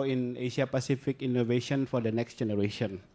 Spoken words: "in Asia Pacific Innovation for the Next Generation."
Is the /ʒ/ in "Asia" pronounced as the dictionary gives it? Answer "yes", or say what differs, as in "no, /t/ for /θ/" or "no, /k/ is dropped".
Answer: no, /ʃ/ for /ʒ/